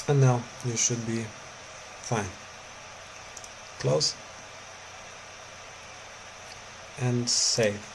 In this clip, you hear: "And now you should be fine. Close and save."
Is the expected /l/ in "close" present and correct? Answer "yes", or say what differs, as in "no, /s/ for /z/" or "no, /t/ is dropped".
yes